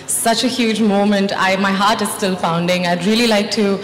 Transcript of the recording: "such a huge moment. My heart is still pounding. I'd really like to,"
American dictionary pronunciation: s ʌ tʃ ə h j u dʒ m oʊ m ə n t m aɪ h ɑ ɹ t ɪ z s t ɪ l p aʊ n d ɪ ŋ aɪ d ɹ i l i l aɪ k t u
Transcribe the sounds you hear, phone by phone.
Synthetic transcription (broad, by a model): s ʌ tʃ ə h j u dʒ m oʊ m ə n t m aɪ h ɑ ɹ t ɪ z s t ɪ l f aʊ n d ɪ ŋ aɪ d ɹ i l i l aɪ k t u